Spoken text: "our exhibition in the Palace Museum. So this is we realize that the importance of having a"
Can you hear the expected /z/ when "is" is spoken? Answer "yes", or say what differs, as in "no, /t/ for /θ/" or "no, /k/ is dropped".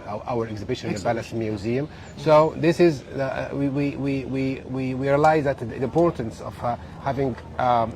yes